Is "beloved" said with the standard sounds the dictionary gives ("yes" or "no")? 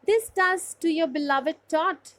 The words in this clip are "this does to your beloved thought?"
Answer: yes